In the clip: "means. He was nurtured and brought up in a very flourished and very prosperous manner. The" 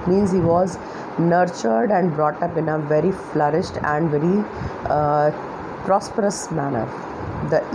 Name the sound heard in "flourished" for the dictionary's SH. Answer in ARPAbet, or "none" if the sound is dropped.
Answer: SH